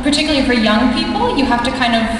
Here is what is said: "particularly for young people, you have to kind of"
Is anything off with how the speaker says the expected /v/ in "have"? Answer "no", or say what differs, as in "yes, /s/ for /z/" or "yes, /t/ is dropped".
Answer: yes, /f/ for /v/